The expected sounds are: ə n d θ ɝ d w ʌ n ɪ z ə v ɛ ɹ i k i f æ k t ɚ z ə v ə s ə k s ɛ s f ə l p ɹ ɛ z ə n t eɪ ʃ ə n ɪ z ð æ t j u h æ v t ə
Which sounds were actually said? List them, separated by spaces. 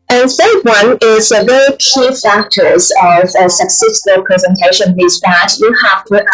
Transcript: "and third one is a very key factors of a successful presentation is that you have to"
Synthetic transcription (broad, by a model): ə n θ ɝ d w ʌ n ɪ z ə v ɛ ɹ i k i f æ k t ɚ z ə v ə s ə k s ɛ s f ə l p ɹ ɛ z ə n t eɪ ʃ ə n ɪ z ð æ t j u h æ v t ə